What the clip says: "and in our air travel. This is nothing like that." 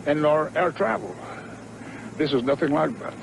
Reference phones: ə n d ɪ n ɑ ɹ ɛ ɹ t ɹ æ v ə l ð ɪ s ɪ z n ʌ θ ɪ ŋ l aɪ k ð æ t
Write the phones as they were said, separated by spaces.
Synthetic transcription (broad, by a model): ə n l ɑ ɹ ɛ ɹ t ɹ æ v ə l ð ɪ s ɪ z n ʌ θ ɪ ŋ l aɪ k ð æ t